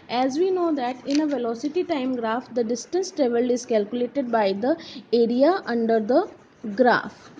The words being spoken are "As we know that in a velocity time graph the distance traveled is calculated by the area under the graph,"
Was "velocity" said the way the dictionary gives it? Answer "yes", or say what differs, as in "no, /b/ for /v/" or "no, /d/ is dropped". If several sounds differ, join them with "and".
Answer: yes